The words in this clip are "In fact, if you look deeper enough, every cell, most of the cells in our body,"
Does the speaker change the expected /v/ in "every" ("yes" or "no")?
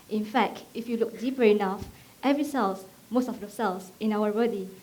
no